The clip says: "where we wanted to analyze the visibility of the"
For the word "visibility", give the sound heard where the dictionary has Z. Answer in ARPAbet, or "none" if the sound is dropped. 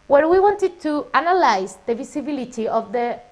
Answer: S